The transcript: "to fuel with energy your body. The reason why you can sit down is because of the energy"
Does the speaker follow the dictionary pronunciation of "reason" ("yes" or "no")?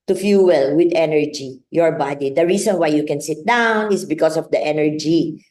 no